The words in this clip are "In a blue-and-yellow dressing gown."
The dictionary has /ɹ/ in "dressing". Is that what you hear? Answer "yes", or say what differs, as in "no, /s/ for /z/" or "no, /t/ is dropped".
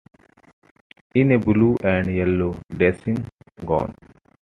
no, /ɹ/ is dropped